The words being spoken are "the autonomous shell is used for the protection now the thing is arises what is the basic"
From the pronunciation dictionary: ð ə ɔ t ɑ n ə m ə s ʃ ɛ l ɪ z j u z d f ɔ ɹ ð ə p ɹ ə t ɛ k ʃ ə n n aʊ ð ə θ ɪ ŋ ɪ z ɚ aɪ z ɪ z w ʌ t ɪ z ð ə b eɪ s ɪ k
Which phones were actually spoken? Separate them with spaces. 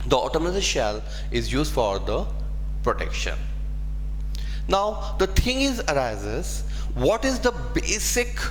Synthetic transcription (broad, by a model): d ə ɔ t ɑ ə m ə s ʃ ɛ l ɪ z j u z d f ɔ ɹ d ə p ɹ ə t ɛ k ʃ ə n n aʊ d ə t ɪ ŋ ɪ z ɚ aɪ z ɪ z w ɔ t ɪ z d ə b eɪ s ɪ k